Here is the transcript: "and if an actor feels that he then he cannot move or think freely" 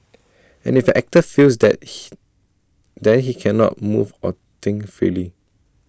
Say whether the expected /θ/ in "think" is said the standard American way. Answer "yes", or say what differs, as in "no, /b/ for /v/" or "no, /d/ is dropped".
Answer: no, /t/ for /θ/